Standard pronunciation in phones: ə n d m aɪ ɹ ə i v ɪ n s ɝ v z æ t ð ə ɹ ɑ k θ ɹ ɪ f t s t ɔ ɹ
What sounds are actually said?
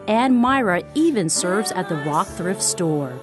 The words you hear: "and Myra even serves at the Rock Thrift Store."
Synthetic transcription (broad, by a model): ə n m aɪ ɹ ə i v ɪ n s ɝ v z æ t ð ə ɹ ɑ k θ ɹ ɪ f t s t ɔ ɹ